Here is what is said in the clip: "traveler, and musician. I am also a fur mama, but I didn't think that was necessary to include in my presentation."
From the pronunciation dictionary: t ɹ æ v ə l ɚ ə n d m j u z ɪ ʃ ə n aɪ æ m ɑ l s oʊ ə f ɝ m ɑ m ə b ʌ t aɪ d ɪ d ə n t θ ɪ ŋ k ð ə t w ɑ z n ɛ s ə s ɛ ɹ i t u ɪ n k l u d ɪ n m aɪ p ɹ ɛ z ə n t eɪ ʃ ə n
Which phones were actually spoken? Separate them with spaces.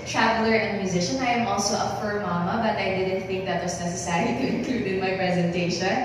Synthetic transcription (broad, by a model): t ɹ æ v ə l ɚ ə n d m j u z ɪ ʃ ə n aɪ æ m ɑ l s oʊ ə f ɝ m ɑ m ə b ʌ t aɪ d ɪ d ə n t θ ɪ ŋ k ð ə t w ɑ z n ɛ s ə s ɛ ɹ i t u ɪ n k l u d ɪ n m aɪ p ɹ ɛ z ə n t eɪ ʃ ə n